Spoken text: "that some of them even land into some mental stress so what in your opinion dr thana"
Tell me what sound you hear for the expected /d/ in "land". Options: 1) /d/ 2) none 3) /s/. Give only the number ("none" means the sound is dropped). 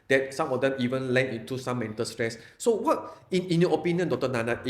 2